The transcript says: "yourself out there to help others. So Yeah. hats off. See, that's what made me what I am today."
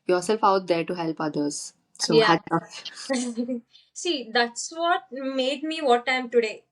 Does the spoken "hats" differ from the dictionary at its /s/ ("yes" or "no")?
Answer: yes